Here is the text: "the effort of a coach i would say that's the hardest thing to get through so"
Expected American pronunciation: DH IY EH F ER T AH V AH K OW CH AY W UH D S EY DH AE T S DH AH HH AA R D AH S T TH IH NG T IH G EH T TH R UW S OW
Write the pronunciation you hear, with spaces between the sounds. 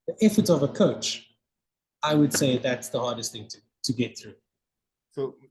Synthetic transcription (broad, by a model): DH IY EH F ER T AH V AH K OW CH AY W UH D S EY DH AE T S DH AH HH AA R D AH S T TH IH NG T IH G EH T TH R UW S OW